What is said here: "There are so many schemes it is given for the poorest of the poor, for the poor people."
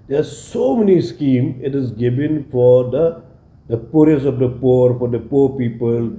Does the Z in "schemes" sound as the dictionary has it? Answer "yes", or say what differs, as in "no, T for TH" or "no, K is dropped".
no, Z is dropped